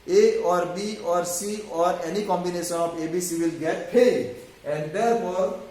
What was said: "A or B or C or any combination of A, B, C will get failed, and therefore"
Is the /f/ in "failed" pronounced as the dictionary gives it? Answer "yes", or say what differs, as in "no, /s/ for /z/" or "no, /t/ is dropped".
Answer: no, /p/ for /f/